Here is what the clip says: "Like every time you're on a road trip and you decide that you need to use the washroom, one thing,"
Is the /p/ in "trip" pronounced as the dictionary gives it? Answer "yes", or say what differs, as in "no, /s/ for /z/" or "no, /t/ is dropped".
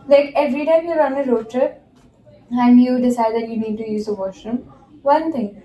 no, /p/ is dropped